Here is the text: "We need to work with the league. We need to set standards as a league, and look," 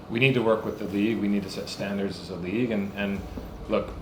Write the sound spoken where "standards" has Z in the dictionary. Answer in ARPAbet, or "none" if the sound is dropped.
Z